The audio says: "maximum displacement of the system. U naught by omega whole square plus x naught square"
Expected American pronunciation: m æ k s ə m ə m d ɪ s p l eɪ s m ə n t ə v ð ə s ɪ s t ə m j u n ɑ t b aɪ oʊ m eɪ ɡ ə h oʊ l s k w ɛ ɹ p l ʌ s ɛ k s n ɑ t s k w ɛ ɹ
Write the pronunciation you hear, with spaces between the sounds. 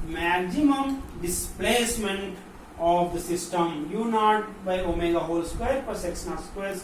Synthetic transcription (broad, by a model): m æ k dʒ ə m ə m d ɪ s p l eɪ s m ə n t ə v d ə s ɪ s t ə m j u n ɑ t b aɪ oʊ m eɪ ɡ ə h oʊ l s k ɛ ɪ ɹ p ʌ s ɛ k s n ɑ s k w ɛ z